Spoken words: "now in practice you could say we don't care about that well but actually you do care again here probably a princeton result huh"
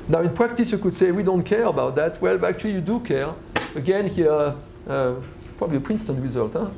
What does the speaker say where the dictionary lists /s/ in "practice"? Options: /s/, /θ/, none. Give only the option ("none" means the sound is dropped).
/s/